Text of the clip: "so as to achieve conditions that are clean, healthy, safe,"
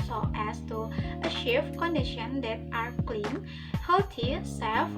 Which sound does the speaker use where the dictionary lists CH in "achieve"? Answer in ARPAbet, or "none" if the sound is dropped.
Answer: SH